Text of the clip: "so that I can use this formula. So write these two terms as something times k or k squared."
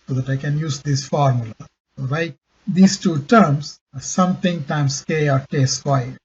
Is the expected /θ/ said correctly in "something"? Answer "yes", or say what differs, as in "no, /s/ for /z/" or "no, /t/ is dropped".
no, /t/ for /θ/